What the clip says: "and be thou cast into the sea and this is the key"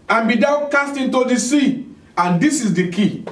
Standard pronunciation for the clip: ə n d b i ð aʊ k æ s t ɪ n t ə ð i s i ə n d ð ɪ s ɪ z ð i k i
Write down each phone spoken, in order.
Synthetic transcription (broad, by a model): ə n b i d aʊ k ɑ s t ɪ n t ə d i s i ə n d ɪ s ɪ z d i k i